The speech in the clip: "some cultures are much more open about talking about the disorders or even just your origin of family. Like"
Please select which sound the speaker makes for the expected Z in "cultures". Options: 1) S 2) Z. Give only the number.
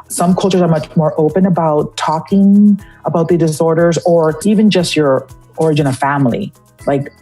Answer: 2